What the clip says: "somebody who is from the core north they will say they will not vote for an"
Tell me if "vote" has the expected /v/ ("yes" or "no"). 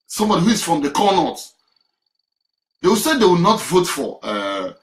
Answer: yes